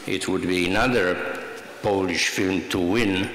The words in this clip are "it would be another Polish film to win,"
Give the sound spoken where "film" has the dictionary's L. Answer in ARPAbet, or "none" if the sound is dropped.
L